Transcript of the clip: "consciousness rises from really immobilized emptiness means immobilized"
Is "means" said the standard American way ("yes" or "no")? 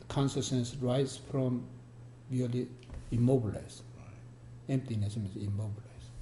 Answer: no